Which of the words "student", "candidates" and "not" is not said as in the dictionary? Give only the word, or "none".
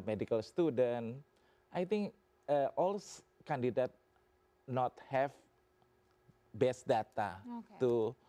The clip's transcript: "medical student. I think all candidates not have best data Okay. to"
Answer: candidates